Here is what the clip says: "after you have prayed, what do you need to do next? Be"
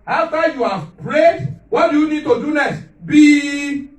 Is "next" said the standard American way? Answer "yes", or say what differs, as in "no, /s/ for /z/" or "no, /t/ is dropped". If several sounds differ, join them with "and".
no, /k/ is dropped